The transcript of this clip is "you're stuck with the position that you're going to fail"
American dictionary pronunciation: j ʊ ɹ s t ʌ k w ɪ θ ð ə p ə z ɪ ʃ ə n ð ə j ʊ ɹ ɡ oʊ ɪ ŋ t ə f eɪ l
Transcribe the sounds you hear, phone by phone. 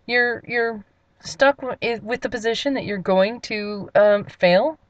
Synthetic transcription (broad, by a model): j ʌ ɹ s t ʌ k w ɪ ð ə p ə z ɪ ʃ ə n ð ə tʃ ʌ ɹ ɡ oʊ ɪ ŋ t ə f eɪ l